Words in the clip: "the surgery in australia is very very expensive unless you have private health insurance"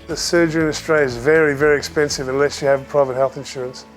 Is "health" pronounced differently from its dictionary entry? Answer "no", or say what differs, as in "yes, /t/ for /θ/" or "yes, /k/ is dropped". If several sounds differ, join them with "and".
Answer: no